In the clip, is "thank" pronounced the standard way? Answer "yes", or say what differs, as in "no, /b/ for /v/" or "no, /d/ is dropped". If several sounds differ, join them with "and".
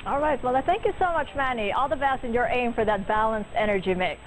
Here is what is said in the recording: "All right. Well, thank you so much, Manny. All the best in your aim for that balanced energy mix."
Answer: yes